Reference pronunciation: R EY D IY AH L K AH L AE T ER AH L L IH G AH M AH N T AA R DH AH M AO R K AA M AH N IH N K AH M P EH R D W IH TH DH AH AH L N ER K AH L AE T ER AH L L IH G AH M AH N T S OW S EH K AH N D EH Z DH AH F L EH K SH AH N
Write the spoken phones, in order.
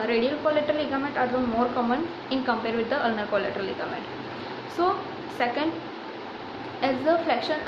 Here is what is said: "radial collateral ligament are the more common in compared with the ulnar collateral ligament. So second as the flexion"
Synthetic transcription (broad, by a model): R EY D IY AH L K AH L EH T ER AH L L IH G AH M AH N T AA R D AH M AO R K AA M AH N IH N K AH M P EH R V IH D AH AH L N ER K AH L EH T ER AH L L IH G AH M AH N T S OW S EH K AH N D EH Z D AH F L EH K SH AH N